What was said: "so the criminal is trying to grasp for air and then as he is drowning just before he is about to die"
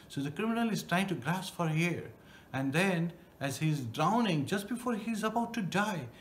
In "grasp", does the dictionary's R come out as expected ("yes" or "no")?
yes